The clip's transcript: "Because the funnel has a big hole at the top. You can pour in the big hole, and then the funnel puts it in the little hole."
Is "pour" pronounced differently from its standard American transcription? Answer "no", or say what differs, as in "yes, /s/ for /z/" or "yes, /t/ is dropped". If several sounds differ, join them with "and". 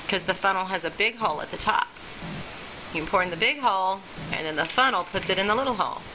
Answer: no